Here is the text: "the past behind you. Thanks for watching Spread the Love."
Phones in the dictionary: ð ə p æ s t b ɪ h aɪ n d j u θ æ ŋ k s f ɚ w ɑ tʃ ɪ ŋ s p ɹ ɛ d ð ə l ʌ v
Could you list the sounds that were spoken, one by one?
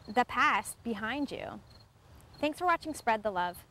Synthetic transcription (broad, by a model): ð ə p æ s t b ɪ h aɪ n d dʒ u θ æ ŋ k s f ɚ w ɑ tʃ ɪ ŋ s p ɹ ɛ d ð ə l ʌ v